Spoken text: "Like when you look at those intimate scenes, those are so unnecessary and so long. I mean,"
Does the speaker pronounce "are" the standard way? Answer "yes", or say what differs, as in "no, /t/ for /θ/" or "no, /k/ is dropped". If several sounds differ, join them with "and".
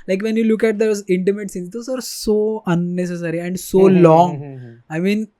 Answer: yes